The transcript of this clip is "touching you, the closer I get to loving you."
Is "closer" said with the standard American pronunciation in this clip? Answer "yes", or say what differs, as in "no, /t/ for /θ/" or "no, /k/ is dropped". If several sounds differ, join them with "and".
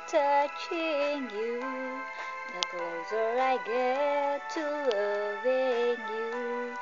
no, /l/ is dropped